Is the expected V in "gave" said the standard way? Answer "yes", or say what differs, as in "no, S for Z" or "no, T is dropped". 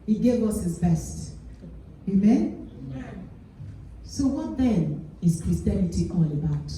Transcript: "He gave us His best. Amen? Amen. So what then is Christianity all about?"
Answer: yes